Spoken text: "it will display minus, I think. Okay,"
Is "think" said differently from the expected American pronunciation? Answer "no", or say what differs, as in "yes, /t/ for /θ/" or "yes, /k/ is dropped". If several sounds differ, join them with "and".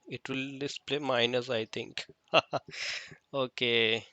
yes, /t/ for /θ/